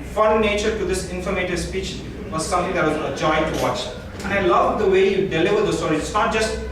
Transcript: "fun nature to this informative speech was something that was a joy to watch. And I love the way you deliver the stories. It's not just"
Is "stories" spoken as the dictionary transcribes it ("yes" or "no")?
no